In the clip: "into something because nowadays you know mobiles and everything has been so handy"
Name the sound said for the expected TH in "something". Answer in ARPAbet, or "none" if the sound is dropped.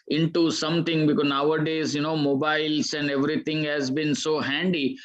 T